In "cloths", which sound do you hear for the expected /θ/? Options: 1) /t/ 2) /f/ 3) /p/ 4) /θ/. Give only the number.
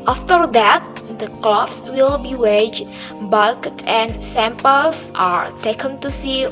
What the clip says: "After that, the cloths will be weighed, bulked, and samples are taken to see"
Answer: 2